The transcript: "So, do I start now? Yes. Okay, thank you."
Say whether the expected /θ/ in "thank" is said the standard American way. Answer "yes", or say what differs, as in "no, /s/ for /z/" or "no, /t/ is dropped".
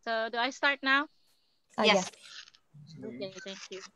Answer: no, /t/ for /θ/